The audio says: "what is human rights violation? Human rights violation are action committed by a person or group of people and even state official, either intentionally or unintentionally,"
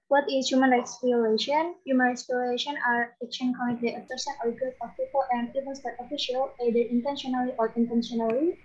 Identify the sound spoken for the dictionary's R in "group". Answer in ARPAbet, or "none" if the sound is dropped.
none